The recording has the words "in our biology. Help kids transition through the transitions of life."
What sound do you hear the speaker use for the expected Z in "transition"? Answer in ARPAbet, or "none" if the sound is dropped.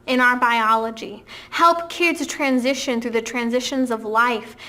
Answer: Z